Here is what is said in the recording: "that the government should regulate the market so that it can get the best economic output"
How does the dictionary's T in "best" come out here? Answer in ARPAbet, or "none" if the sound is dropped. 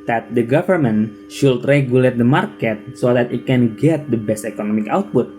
T